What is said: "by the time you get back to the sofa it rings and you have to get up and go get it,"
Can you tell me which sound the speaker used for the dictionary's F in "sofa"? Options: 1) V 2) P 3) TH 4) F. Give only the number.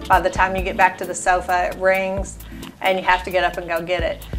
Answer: 4